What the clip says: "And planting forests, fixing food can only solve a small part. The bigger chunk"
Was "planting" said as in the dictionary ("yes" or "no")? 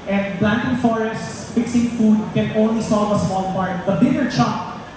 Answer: no